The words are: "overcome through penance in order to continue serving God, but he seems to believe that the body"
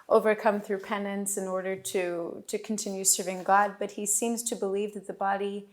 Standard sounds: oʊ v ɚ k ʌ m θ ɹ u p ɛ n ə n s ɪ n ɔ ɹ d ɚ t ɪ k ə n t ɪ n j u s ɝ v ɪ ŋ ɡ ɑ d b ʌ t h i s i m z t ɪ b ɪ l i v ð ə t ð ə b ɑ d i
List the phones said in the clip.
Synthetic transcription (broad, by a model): oʊ v ɚ k ʌ m θ ɹ u p ɛ n ə n s ɪ n ɔ ɹ d ɚ t ɪ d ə n t ɪ n j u s ɝ v ɪ ŋ ɡ ɑ d b ʌ t h i s i m z t ɪ b ɪ l i v ð ə t ð ə b ɑ d i